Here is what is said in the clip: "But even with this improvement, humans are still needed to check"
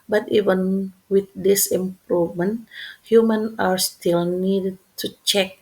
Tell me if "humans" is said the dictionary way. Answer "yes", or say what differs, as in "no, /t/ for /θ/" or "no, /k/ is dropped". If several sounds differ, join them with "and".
no, /z/ is dropped